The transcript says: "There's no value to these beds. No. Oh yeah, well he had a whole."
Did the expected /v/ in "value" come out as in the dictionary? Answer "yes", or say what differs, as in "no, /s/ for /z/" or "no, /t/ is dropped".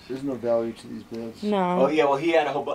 yes